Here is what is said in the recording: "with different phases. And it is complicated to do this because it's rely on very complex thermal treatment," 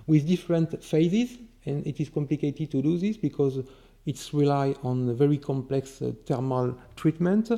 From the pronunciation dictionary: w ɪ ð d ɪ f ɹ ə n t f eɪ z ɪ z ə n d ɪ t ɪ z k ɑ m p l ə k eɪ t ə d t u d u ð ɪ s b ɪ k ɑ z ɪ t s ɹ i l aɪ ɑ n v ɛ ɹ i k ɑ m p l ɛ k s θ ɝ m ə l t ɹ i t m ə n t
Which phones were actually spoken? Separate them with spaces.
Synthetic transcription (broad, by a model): w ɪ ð d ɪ f ɹ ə n t f eɪ z ɪ z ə n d ɪ t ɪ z k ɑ m p l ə k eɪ t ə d t u d u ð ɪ s b ɪ k ɑ z ɪ t s ɹ i l aɪ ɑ n v ɛ ɹ i k ɑ m p l ɛ k s t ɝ m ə l t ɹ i t m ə n t